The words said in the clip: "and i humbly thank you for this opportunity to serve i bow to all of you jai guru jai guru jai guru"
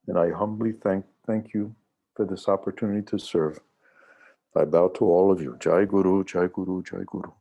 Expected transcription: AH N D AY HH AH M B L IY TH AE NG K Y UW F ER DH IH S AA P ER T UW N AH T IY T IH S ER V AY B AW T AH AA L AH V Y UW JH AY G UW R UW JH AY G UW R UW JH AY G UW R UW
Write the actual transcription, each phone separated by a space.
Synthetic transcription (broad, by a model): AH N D AY HH AH M B L IY TH AE NG K Y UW F ER DH IH S AA P ER T UW N AH T IY T IH S ER V AY B AW T AH AA L AH V Y UW JH AY G UW R UW JH AY G UW R UW JH AY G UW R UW